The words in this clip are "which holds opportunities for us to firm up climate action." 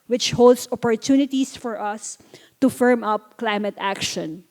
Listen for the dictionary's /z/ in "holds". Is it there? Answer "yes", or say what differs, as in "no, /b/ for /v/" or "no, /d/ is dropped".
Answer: no, /s/ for /z/